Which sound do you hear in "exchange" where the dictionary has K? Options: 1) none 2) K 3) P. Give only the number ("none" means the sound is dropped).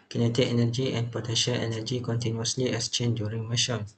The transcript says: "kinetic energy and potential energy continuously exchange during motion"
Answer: 1